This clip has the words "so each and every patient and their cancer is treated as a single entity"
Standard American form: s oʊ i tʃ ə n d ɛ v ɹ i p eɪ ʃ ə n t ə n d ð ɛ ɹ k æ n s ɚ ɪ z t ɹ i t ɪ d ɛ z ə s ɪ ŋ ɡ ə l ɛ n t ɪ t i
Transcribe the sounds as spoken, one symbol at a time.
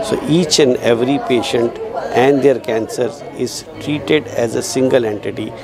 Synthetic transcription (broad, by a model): s oʊ i tʃ ə n d ɛ v ɹ i p eɪ ʃ ə n t ə n d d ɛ ɹ k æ n s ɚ ɪ z t ɹ i t ɪ d ɛ z ə s ɪ ŋ ɡ ə l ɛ n t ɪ t i